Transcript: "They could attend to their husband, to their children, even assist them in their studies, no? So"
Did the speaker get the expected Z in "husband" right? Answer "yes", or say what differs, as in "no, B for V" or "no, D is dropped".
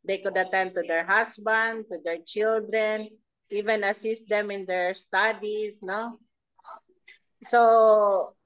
no, S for Z